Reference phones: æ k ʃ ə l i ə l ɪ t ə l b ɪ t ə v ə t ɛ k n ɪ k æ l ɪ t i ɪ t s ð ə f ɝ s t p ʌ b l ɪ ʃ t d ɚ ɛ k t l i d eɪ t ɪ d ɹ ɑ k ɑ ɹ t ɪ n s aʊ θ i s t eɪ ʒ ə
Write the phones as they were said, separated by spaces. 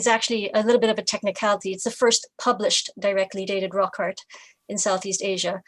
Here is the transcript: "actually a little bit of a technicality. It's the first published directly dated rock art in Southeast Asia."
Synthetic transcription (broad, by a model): æ k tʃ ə l i ə l ɪ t l b ɪ t ə v ə t ɛ k n ɪ k æ l ɪ t i ɪ t s ð ə f ɝ s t p ʌ b l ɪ ʃ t d ɚ ɛ k t l i d eɪ t ɪ d ɹ ɑ k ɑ ɹ t ɪ n s aʊ θ i s t eɪ ʒ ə